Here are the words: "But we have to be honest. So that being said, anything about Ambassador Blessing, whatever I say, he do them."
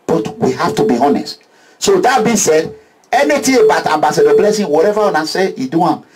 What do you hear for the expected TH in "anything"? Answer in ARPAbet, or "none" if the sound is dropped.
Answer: T